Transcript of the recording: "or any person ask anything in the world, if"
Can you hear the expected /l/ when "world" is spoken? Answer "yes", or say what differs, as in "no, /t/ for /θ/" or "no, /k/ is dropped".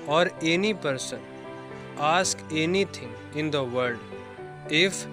no, /l/ is dropped